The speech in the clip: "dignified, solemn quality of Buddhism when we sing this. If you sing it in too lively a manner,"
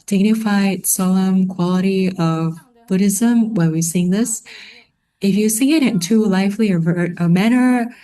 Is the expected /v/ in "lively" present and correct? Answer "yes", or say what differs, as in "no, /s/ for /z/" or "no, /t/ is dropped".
no, /f/ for /v/